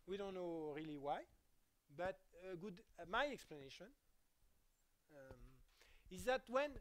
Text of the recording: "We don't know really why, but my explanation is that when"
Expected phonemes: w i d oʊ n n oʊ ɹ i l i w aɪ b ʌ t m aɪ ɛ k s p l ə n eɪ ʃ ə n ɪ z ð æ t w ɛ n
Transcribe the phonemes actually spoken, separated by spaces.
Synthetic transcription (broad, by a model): w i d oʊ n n oʊ ɹ i l i w aɪ b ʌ t m aɪ ɛ k s p l ə n eɪ ʃ ə n ɪ z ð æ t w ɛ n